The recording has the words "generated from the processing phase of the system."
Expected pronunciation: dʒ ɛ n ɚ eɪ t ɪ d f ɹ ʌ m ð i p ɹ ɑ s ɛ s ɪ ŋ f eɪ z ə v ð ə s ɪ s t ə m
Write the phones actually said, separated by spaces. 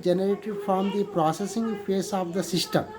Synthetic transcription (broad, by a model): dʒ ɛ n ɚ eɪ t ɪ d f ɹ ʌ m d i p ɹ ɑ s ɛ s ɪ ŋ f eɪ s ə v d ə s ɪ s t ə m